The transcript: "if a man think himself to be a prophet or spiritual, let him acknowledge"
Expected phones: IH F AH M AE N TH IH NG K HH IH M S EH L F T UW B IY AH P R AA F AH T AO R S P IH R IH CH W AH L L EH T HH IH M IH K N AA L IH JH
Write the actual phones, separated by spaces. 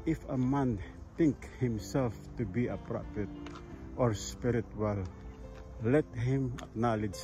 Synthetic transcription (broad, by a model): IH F AH M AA N T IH NG K HH IH M S EH L F T UW B IY AH P R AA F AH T AO R S P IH R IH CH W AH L L EH T HH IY M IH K N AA L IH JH